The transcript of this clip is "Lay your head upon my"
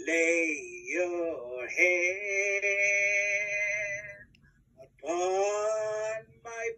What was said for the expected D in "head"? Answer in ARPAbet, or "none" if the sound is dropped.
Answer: none